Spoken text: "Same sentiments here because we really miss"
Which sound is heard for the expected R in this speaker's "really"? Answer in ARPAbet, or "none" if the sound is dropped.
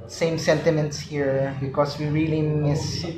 R